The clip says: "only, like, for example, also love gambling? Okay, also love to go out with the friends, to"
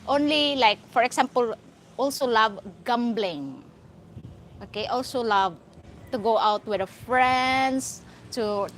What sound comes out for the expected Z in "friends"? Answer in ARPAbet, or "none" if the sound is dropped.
S